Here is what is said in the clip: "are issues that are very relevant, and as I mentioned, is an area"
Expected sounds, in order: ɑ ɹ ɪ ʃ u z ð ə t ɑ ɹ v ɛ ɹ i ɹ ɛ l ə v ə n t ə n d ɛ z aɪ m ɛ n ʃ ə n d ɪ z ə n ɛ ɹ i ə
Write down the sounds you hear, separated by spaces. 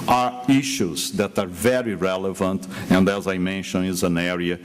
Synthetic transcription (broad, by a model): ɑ ɹ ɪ ʃ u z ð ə t ɑ ɹ v ɛ ɹ i ɹ ɛ l ə v ə n t ə n d ɛ z aɪ m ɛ n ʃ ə n ɪ z ə n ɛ ɹ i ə